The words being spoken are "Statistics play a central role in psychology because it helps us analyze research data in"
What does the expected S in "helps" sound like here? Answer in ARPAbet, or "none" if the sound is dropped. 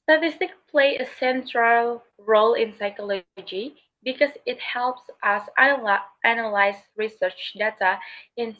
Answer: S